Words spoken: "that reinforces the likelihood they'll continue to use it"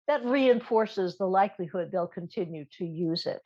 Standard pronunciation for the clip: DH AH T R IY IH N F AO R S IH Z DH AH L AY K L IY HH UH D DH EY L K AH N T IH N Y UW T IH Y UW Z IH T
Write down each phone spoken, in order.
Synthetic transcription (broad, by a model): DH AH T R IY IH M F AO R S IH Z DH AH L AY K L IY HH UH D DH EY L K AH N T IH N Y UW T IH Y UW Z IH T